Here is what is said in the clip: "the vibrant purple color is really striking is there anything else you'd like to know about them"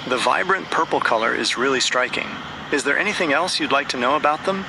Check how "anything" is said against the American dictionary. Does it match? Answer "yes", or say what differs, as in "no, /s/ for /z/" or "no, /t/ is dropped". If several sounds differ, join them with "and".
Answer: yes